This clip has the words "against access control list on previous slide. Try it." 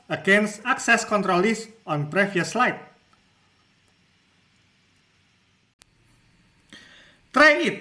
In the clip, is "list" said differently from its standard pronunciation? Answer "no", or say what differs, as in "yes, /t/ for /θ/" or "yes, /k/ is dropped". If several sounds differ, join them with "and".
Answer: yes, /t/ is dropped